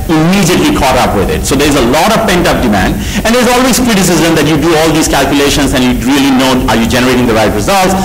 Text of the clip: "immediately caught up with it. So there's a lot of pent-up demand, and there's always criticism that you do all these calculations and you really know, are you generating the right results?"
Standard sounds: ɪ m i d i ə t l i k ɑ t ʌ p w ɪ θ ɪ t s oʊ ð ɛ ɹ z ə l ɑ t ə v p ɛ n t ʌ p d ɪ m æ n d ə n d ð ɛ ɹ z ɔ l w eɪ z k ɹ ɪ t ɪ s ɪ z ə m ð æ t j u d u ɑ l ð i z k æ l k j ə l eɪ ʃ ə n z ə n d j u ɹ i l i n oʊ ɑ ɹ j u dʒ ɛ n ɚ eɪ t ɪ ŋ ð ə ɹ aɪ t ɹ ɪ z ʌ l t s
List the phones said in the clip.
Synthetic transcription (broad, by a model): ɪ m i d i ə t l i k ɑ t ʌ p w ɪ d ɪ t s oʊ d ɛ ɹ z ə l ɑ t ə v p ɛ n t ʌ p d ɪ m æ n d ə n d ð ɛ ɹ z ɔ l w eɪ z k ɹ ɪ t ɪ s ɪ z ə m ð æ t j u d u ɑ l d i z k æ l k j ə l eɪ ʃ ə n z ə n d j u ɹ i l i n oʊ ɑ ɹ j u dʒ ɛ n ɚ eɪ t ɪ ŋ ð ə ɹ aɪ t ɹ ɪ z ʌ l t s